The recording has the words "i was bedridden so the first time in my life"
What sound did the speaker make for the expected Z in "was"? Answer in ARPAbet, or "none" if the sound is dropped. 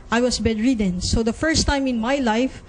S